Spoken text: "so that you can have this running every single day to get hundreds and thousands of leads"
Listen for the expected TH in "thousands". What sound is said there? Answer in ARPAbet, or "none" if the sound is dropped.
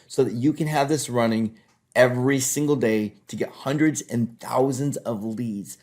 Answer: TH